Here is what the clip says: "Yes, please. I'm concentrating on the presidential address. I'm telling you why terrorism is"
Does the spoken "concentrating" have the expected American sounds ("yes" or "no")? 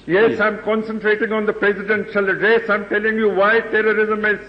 yes